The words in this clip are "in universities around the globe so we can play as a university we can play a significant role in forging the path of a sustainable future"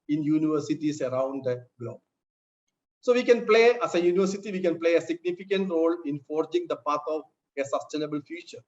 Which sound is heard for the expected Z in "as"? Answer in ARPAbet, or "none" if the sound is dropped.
S